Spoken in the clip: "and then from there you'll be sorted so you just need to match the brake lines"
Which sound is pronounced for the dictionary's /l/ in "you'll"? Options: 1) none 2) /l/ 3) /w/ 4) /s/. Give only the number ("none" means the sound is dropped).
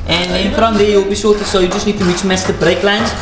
2